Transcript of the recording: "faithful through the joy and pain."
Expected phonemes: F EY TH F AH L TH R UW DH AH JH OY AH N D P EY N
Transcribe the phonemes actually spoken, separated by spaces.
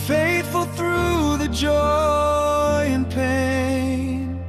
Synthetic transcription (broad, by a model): F EY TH F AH L TH R UW DH AH JH OY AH N P EY N